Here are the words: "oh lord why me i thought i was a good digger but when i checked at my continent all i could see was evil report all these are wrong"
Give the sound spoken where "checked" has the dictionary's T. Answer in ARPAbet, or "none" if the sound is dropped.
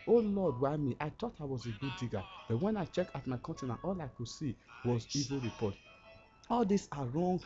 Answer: none